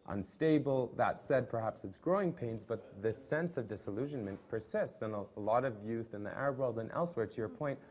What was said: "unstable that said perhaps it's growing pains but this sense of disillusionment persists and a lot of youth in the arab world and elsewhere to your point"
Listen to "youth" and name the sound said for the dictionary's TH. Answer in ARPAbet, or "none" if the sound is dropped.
TH